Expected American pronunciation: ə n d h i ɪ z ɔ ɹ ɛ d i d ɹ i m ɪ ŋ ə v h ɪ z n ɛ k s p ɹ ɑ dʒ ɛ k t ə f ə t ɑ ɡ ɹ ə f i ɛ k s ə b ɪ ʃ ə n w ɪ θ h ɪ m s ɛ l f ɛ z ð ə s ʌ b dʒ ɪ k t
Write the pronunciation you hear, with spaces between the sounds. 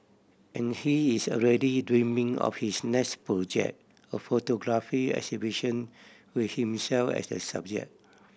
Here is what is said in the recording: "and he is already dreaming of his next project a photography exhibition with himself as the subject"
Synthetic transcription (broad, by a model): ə n h i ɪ s ɔ ɹ ɛ d i d ɹ i m ɪ ŋ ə f h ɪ s n ɛ k s p ɹ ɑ dʒ ɛ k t ə f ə t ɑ ɡ ɹ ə f i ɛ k s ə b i ʃ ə n w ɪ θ h ɪ m s ɛ l f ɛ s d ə s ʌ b dʒ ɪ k